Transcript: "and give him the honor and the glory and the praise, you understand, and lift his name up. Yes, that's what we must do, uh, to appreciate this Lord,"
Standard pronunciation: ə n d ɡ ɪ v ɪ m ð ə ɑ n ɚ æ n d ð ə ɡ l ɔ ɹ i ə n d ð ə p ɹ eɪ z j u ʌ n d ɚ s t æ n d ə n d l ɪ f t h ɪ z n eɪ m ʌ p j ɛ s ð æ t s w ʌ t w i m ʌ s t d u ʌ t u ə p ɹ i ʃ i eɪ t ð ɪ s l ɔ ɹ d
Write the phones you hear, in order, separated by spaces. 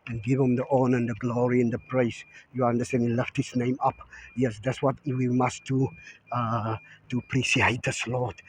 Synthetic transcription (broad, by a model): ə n ɡ ɪ v ɪ m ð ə ɑ n ɚ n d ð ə ɡ l ɔ ɹ i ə n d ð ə p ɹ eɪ s j u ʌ n d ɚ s t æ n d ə l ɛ f t h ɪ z n eɪ m ʌ p j ɛ s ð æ t s w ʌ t w i m ʌ s t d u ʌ t u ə p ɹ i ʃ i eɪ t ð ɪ s l ɔ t